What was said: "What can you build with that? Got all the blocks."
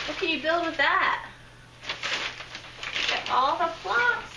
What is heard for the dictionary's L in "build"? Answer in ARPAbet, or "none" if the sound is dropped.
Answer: L